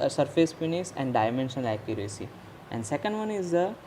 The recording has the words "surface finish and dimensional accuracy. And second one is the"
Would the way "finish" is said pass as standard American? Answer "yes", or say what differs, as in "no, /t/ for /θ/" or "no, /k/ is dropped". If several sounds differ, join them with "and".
no, /s/ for /ʃ/